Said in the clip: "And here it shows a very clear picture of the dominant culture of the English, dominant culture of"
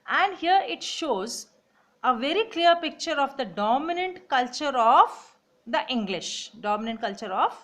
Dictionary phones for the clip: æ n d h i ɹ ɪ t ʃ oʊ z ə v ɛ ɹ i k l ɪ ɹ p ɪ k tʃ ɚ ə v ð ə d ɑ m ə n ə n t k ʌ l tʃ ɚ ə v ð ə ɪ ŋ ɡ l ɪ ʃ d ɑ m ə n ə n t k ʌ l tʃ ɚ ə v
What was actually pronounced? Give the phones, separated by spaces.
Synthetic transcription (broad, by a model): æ n d h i ɹ ɪ t ʃ oʊ z ə v ɛ ɹ i k l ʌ ɹ p ɪ k tʃ ɚ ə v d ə d ɑ m ə n ə n t k ʌ l tʃ ɚ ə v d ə ɪ ŋ ɡ l ɪ ʃ d ɑ m ə n ə n t k ʌ l tʃ ɚ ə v